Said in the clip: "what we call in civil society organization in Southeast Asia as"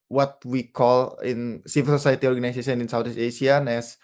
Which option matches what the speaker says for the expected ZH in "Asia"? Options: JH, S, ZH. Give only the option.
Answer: S